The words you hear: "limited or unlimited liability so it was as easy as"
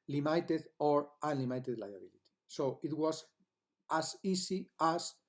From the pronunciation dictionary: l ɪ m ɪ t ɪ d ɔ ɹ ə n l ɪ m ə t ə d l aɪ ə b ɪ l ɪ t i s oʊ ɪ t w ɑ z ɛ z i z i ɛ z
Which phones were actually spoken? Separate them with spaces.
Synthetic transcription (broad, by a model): l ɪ m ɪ t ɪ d ɔ ɹ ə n l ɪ m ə t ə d l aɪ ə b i l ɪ t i s oʊ ɪ t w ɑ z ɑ s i s i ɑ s